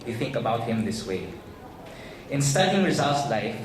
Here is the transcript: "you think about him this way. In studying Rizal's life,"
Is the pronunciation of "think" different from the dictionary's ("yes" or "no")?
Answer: no